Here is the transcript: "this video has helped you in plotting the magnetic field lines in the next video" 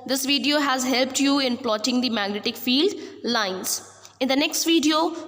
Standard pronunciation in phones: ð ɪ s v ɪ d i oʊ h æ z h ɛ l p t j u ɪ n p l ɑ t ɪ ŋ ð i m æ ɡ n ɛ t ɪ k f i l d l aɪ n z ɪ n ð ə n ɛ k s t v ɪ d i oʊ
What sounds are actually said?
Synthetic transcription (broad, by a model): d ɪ s v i d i oʊ h æ z h ɛ l p t j u ɪ n p l ɑ t ɪ ŋ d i m æ ɡ n ɛ t ɪ k f i l d l aɪ n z ɪ n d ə n ɛ k s t v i d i oʊ